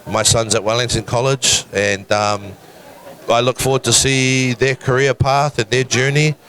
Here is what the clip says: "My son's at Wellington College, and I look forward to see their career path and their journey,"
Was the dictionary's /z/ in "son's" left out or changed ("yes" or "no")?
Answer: no